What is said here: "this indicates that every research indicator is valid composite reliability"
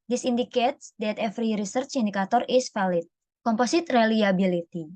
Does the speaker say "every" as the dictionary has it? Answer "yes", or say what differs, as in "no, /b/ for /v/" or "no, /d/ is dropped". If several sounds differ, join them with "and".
no, /f/ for /v/